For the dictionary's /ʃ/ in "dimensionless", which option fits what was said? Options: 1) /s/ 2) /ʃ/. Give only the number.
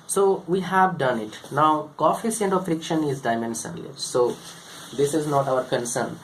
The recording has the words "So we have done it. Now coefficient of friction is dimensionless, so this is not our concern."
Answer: 1